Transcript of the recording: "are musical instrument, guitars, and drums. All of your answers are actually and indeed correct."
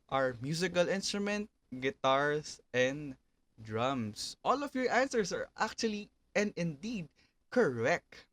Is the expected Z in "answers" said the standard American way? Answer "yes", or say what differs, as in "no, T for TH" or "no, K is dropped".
no, S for Z